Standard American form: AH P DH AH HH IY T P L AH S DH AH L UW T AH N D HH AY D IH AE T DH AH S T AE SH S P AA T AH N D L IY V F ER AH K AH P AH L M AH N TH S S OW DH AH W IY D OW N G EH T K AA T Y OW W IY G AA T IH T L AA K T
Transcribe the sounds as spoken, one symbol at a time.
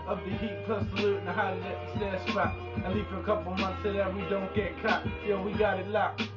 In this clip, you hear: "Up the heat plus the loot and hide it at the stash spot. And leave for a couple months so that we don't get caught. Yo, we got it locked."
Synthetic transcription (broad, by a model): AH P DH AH HH IY T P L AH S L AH N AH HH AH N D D IH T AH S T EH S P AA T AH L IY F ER AH K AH P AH L M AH N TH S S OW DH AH W IY D OW N G EH T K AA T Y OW W IY G AA T IH T L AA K